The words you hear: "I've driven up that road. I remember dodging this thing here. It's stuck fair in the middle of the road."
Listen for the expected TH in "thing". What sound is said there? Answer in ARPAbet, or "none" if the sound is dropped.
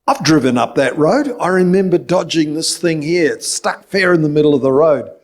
TH